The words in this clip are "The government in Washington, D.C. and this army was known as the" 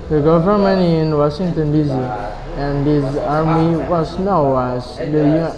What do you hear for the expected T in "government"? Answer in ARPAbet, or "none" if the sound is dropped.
none